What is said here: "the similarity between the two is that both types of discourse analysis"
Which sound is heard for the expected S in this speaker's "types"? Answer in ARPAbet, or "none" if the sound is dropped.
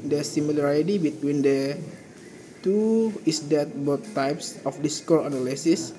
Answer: S